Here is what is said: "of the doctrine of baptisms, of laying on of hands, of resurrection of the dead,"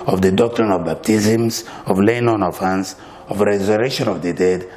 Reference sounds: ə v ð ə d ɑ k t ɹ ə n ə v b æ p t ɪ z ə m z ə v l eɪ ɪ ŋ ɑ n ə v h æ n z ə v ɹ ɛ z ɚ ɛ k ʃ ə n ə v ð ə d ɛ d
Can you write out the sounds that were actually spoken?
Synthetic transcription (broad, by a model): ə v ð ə d ɑ k t ɹ ə n ə v b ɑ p t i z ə m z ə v l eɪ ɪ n ɑ n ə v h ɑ n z ə v ɹ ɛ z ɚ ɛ ʃ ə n ə v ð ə d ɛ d